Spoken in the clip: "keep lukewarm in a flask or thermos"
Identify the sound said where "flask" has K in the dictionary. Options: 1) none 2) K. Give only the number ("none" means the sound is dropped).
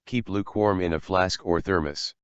2